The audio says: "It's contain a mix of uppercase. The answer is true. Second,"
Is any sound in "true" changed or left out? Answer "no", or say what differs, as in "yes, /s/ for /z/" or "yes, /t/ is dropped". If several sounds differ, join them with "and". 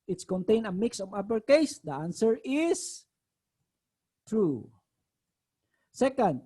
no